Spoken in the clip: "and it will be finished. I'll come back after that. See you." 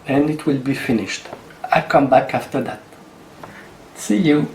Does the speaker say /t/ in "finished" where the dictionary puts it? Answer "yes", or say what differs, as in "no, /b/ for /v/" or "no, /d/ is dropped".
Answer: yes